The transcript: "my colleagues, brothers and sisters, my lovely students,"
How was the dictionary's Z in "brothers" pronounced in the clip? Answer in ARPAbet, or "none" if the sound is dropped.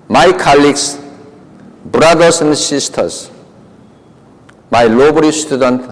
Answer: S